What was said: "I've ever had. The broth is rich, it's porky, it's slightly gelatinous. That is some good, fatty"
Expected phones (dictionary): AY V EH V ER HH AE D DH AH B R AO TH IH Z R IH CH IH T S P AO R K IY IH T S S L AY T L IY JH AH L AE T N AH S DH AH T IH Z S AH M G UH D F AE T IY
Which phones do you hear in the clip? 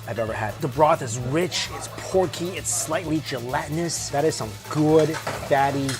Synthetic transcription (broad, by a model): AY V EH V ER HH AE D DH AH B R AO TH IH Z R IH CH IH T S P AO R K IY IH T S S L AY T L IY JH AH L AE T N AH S DH AH T IH Z S AH M G UH D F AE T IY